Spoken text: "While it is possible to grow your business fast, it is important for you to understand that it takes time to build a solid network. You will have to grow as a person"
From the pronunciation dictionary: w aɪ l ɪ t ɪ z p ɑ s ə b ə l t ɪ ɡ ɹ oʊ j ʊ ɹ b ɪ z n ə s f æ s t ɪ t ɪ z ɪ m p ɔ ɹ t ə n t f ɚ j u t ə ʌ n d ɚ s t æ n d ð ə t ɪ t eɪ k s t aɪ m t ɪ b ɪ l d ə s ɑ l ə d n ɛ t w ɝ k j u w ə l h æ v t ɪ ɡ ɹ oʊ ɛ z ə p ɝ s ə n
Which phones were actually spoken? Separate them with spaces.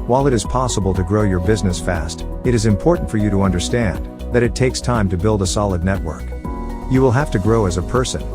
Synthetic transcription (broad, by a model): w aɪ l ɪ t ɪ z p ɑ s ə b ə l t ɪ ɡ ɹ oʊ j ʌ ɹ b ɪ z n ə s f æ s t ɪ t ɪ z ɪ m p ɔ ɹ t n t f ɚ j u t ə ʌ n d ɚ s t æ n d ð ə t ɪ t eɪ k s t aɪ m t ɪ b ɪ l d ə s ɑ l ə d n ɛ t w ɝ k j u w ə l h æ f t ɪ ɡ ɹ oʊ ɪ z ə p ɝ s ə n